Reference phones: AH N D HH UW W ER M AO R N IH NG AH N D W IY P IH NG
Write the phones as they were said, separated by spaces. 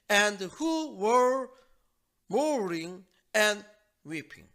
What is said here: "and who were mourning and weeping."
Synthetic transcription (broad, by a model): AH N D HH UW W ER M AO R IH NG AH N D W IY P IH NG